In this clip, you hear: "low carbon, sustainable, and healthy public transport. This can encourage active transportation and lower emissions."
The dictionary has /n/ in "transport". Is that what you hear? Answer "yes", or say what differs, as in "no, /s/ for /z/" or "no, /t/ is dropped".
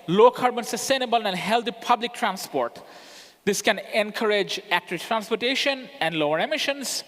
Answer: yes